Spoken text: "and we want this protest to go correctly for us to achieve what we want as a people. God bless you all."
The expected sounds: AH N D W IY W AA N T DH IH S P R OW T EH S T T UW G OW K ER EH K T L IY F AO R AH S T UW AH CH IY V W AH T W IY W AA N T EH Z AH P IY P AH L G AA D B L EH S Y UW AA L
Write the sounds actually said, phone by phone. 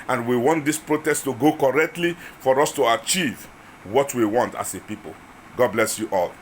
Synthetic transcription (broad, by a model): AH N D W IY W AA N T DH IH S P R OW T EH S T T UW G OW K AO EH K T L IY F AO R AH S T UW AH CH IY V W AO T W IY W AA N T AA S AH P IY P AH L G AA D B L EH S Y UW AA L